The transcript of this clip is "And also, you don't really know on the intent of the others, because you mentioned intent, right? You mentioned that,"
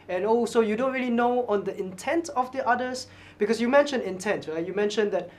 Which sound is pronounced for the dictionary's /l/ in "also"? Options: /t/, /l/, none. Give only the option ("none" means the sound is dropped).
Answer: none